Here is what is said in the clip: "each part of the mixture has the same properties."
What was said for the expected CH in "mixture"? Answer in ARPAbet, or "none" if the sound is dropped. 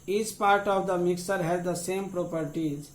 none